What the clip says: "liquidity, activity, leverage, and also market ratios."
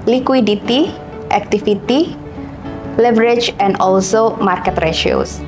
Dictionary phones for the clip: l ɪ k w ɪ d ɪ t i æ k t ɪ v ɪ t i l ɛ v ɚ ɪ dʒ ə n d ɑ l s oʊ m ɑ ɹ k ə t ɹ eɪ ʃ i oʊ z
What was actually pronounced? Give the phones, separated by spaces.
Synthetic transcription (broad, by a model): l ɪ k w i d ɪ t i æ k t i f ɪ t i l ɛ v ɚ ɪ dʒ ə n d ɑ l s oʊ m ɑ ɹ k ə t ɹ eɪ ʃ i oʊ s